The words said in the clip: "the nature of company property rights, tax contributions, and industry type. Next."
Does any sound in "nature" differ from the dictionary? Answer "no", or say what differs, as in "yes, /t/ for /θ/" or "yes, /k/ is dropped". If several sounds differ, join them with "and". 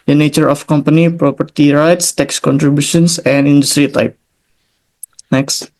no